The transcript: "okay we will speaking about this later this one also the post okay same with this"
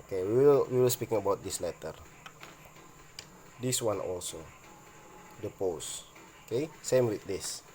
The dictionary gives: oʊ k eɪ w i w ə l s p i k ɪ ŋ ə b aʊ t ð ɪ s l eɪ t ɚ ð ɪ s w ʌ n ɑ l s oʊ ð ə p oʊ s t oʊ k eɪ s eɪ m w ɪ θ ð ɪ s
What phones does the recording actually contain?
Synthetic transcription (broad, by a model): k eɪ w i w ə l s p i k ɪ ŋ ə b aʊ t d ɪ s l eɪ t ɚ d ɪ s w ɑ n ɑ l s oʊ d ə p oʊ s oʊ k eɪ s eɪ m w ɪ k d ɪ s